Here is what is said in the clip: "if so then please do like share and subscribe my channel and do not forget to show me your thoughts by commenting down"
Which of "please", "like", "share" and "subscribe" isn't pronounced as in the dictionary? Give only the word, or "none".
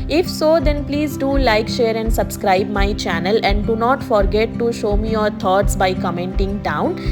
none